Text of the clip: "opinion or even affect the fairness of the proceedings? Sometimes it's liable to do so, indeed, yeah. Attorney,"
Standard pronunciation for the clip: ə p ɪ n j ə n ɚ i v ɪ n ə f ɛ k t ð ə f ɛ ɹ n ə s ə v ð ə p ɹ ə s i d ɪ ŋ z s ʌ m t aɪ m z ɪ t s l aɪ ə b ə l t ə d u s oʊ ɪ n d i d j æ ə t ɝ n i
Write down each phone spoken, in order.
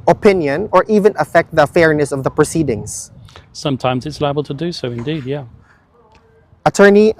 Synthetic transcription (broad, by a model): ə p ɪ n j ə n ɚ i v ɪ n ə f ɛ k t ð ə f ɛ ɹ n ə s ə v ð ə p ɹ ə s i d ɪ ŋ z s ʌ m t aɪ m z ɪ t s l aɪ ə b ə l t ə d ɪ s oʊ ɪ n d i d j æ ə t ɝ n i